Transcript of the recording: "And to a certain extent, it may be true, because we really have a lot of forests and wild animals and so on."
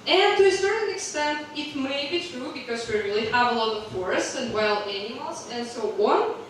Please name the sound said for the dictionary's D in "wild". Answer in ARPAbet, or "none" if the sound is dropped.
none